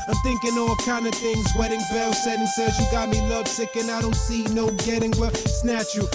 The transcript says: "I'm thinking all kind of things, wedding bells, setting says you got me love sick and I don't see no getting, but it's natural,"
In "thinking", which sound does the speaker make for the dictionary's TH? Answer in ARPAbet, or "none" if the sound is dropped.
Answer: TH